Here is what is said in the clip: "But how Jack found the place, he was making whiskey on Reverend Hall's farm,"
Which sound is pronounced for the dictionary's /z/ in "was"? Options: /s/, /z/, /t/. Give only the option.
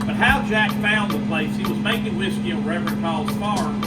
/z/